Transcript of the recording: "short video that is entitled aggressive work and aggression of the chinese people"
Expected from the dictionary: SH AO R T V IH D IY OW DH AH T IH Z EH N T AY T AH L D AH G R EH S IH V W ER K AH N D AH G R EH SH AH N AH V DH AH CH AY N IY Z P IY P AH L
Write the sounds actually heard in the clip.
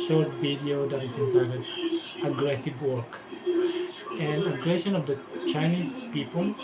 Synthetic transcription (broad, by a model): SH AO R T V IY D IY OW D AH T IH S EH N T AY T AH D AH G R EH S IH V W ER K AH N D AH G R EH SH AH N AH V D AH CH AY N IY S P IY P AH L